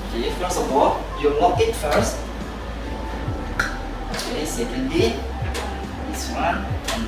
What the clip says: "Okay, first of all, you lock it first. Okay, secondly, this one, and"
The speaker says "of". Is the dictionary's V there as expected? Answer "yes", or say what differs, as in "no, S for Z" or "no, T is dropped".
no, B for V